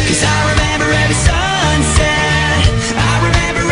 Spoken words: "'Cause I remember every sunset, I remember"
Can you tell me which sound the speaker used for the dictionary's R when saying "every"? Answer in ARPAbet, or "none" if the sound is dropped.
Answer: none